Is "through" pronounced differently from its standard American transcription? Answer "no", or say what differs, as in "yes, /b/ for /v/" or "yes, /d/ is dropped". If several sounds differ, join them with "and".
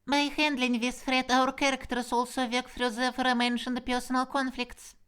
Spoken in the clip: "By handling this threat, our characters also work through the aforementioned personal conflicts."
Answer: yes, /f/ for /θ/